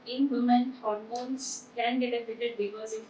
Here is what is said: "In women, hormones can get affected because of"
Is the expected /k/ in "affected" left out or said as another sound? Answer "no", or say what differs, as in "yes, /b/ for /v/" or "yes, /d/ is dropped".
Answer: yes, /k/ is dropped